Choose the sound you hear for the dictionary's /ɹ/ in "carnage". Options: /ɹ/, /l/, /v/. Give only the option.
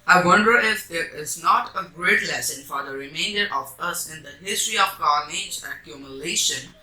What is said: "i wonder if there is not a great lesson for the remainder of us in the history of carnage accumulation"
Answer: /l/